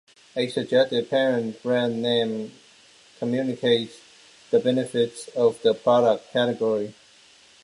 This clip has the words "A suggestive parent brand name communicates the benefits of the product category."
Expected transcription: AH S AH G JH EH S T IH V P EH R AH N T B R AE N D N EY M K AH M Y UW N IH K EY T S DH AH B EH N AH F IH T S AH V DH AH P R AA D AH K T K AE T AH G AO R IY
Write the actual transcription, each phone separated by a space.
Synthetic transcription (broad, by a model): AH S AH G JH EH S T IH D P EH R AH N T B R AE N N EY M K AH M Y UW N IH K EY T S DH AH B EH N AH F IH T S AH V DH AH P R AA D AH K T K AE T AH G AO R IY